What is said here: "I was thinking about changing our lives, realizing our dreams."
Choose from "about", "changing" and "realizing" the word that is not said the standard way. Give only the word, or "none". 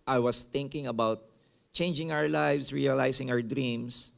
realizing